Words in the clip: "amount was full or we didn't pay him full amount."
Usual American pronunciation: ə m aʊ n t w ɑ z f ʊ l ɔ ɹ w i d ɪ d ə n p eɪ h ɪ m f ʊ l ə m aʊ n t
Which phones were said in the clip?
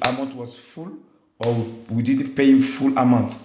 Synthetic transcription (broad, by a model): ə m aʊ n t w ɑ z f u l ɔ w w i d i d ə n p eɪ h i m f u l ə m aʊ n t